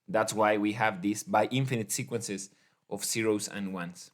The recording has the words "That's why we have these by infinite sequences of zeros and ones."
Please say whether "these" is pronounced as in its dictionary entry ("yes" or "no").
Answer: no